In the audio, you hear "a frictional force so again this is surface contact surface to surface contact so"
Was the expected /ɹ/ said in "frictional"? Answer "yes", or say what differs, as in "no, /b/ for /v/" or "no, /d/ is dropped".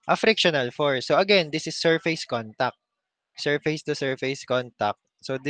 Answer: yes